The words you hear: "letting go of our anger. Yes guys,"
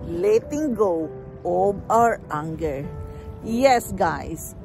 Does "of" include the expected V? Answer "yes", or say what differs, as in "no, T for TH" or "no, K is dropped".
no, B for V